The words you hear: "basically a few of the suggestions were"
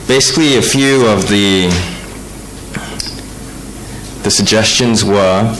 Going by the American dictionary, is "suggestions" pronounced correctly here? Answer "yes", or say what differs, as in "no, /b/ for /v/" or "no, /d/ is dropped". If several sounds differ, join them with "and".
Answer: yes